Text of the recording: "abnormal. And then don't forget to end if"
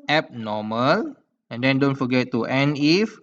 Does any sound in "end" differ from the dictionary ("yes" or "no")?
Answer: yes